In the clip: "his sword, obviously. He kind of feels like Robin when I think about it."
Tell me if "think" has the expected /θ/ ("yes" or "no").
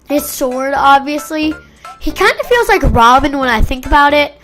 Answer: yes